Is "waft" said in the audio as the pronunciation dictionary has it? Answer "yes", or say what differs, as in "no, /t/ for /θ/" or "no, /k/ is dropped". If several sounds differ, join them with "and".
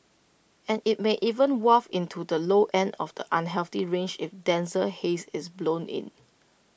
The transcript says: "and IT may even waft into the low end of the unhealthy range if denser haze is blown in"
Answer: no, /t/ is dropped